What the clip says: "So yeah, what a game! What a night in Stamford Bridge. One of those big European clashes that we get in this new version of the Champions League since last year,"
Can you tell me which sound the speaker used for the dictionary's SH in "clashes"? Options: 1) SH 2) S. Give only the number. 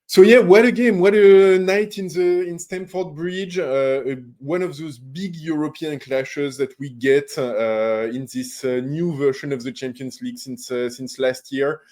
1